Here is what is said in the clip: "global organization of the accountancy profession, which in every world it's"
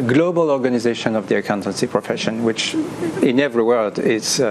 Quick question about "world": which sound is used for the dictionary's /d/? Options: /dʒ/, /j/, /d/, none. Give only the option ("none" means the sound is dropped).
/d/